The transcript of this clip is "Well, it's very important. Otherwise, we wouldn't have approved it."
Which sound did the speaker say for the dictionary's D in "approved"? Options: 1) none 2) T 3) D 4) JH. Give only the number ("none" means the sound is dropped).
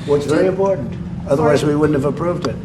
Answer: 3